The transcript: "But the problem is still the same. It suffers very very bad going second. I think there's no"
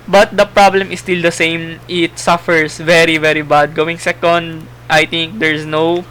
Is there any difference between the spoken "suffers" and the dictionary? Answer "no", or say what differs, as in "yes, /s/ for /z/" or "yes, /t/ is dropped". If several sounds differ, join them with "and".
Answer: yes, /s/ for /z/